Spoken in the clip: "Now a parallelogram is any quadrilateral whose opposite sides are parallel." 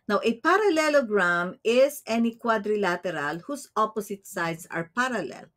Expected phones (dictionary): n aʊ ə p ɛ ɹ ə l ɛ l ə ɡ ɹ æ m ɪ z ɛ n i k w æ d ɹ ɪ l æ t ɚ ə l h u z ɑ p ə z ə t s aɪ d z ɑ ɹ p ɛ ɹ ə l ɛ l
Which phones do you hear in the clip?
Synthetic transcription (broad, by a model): n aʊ ə p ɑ ɹ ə l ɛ l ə ɡ ɹ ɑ m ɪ s ɛ n i k w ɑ d ɹ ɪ l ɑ t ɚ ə l h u s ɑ p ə s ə t s aɪ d s ɑ ɹ p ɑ ɹ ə l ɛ l